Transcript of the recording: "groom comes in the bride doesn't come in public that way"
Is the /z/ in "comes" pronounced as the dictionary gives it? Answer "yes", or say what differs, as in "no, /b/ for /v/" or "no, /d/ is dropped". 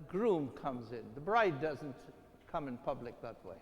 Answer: yes